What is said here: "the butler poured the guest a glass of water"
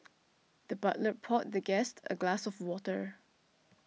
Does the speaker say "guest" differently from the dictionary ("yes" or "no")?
no